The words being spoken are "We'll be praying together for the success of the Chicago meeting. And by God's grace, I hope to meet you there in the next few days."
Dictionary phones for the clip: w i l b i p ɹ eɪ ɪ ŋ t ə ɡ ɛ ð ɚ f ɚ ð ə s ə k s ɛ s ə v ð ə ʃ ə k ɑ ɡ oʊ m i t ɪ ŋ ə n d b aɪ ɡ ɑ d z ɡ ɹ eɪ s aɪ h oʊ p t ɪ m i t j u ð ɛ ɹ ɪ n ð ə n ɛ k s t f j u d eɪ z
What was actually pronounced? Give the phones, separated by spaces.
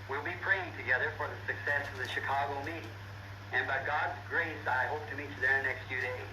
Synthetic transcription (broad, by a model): w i l b i p ɹ eɪ ɪ ŋ t ə ɡ ɛ ð ɚ f ɚ ð ə s ə k s ɛ s ə v ð ə ʃ ə k ɑ ɡ oʊ m i t ɪ ŋ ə n b aɪ ɡ ɑ d z ɡ ɹ eɪ s aɪ h oʊ p t ɪ m i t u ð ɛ ɹ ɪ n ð n ɛ k s t f j u d eɪ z